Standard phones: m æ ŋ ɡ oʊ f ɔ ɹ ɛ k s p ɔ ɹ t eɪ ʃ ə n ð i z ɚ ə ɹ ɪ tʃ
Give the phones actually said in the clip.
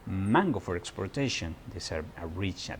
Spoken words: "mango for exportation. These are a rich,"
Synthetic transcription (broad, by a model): m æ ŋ ɡ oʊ f ɔ ɹ ɛ k s p ɔ ɹ t eɪ ʃ ə n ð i s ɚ ə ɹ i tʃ